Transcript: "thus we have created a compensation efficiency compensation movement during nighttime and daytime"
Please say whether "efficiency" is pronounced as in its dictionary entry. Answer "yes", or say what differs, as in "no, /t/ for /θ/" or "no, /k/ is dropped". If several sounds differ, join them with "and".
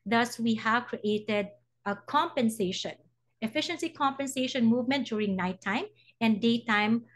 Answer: yes